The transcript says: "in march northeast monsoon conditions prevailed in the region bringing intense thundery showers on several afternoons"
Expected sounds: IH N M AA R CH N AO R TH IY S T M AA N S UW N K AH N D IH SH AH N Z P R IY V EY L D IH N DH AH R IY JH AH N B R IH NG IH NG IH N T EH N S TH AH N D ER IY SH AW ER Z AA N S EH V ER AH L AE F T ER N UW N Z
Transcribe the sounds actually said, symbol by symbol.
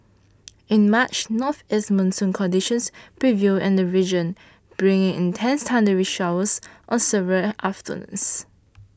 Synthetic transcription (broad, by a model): IH N M AA CH N AO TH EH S M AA N S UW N K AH N D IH SH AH N S P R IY V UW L IH N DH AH R IY JH AH N B R IH NG IH NG IH N T EH N S T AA N D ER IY SH AW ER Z AA N S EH V ER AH L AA F T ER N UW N S